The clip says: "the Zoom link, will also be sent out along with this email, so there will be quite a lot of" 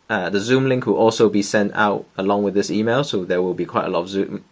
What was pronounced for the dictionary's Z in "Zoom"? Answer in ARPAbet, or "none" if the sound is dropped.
Z